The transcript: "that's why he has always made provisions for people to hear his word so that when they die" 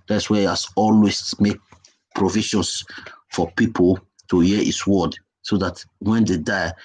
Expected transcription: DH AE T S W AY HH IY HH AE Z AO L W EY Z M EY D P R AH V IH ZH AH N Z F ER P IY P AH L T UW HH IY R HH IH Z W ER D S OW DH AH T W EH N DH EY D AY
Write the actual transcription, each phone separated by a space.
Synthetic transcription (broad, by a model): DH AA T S W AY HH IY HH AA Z AO L W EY S M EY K P R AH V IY SH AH N S F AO P IY P AH L T UW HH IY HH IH S W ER D S OW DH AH T W EH N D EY D AY